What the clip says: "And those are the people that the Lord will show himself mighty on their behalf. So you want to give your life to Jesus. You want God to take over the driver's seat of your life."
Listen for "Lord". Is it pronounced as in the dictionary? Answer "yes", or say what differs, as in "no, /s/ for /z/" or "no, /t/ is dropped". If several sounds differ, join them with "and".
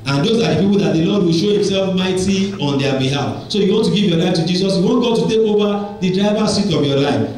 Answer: no, /n/ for /l/